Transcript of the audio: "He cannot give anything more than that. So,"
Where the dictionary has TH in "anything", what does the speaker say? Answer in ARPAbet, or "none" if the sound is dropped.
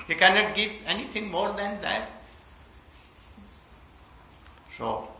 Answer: T